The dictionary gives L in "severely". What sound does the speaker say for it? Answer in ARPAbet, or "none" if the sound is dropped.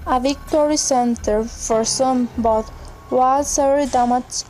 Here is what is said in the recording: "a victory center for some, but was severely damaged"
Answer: none